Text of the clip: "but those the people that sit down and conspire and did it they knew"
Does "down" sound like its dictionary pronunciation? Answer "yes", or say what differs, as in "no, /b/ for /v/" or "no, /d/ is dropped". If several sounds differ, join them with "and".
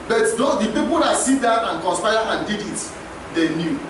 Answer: no, /n/ is dropped